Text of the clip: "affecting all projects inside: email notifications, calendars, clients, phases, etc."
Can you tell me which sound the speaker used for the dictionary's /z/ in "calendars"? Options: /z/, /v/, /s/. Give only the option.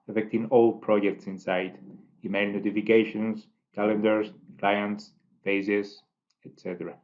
/s/